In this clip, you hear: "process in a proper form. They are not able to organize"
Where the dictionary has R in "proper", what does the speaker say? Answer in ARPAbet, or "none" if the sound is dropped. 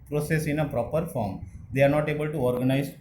R